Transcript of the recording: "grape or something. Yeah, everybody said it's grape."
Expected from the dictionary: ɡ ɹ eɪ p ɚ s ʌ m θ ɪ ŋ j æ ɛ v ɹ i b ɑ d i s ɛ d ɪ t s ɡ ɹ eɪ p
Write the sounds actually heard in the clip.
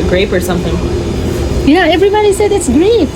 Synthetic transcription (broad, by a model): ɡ ɹ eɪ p ɚ s ʌ m θ ɪ ŋ j æ ɛ v ɹ i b ɑ d i s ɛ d ɪ t s ɡ ɹ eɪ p